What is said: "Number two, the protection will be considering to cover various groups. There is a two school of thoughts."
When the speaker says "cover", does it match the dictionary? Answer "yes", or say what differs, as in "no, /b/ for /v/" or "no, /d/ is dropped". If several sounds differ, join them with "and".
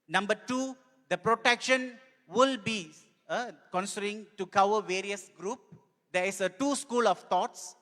no, /w/ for /v/